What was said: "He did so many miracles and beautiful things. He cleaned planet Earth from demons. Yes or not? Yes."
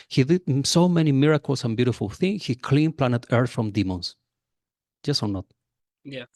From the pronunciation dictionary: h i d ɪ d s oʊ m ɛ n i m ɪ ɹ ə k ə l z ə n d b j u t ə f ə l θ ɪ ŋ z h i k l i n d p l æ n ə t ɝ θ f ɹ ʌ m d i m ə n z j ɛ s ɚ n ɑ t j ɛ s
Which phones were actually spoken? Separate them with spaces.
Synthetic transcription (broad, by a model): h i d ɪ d s oʊ m ɛ n i m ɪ ɹ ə k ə l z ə n b j u t ə f ə l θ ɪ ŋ h i k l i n p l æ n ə t ɝ θ f ɹ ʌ m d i m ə n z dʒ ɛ s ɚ n ɑ t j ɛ